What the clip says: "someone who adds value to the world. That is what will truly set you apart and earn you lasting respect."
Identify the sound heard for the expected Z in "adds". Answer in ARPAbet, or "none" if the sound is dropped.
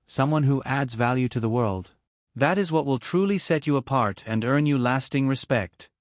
Z